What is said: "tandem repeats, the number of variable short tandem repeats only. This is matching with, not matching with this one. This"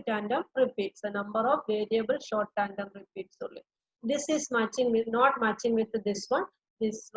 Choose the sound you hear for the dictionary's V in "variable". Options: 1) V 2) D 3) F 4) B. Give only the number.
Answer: 1